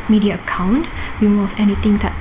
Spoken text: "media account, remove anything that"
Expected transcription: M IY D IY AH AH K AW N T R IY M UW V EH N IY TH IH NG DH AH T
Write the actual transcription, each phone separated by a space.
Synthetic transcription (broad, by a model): M IY D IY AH AH K AW N T W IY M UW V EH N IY T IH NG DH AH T